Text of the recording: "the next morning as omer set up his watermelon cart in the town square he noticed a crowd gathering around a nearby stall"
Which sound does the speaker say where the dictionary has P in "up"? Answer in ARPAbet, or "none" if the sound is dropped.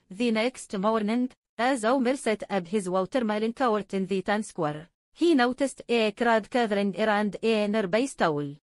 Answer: B